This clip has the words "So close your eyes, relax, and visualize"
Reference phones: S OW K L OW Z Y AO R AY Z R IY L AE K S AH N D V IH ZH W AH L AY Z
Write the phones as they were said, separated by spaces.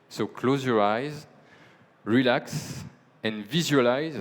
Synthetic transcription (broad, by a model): S OW K L OW Z Y AO R AY Z R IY L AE K S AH N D V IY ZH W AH L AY Z